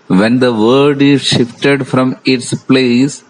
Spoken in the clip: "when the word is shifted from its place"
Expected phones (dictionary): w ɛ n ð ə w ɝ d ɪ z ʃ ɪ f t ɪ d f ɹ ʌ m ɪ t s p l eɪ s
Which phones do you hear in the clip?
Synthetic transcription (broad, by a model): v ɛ n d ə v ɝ d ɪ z ʃ ɪ f t ɪ d f ɹ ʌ m ɪ t s p l eɪ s